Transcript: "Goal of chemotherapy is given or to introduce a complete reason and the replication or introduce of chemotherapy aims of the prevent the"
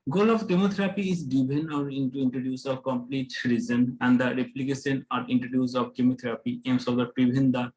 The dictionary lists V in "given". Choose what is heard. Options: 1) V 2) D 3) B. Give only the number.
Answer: 3